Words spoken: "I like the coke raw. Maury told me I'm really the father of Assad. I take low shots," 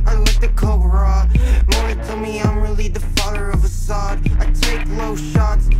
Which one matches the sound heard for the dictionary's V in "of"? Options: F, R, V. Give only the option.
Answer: V